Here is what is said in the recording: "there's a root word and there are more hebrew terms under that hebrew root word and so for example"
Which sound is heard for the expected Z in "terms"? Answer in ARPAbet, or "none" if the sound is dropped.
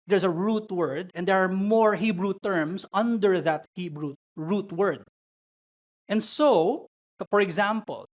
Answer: S